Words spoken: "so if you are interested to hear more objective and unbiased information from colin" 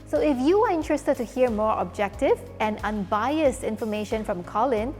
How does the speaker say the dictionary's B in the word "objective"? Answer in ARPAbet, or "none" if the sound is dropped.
B